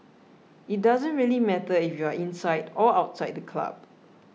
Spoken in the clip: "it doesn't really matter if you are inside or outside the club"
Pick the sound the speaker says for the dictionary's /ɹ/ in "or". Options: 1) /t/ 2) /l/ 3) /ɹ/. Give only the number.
2